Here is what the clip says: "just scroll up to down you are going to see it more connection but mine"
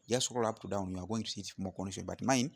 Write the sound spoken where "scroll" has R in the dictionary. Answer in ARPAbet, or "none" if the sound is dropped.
none